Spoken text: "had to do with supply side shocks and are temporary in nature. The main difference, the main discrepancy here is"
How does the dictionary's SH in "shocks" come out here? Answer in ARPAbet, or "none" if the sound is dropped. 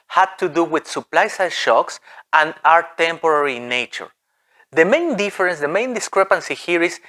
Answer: SH